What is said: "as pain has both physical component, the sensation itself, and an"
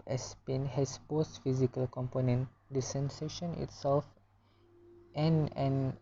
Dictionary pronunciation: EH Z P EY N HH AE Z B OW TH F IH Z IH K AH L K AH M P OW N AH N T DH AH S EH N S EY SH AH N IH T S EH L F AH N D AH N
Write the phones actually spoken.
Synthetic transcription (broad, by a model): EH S P EY N HH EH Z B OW S F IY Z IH K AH L K AH M P OW N AH N T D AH S EH N S EY SH AH N IH T S EH L F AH N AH N